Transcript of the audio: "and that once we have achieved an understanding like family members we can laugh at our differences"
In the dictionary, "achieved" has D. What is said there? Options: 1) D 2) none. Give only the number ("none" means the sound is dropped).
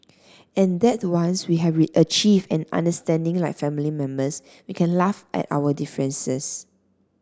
2